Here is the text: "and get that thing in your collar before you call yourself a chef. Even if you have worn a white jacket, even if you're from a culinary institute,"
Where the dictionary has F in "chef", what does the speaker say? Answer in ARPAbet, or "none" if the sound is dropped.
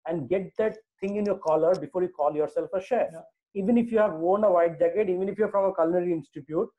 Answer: none